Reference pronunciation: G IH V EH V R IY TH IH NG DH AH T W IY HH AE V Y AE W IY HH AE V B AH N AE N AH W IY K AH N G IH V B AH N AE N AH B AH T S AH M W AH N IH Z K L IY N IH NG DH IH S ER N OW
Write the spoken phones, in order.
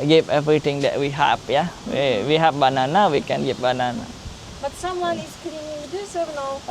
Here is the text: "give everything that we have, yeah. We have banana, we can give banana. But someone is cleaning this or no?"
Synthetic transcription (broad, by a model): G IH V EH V R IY T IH NG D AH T W IY HH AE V Y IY W IY HH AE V B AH N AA N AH W IY K AH N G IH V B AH N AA N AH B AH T S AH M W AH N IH S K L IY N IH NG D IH S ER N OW